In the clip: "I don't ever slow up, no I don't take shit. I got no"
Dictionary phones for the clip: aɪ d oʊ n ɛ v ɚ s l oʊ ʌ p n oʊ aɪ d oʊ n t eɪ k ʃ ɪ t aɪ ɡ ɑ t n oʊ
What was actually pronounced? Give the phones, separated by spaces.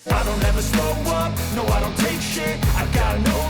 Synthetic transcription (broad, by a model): aɪ d oʊ n ɛ v ɚ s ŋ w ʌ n n oʊ aɪ d oʊ n t eɪ k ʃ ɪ aɪ ɡ ɑ t n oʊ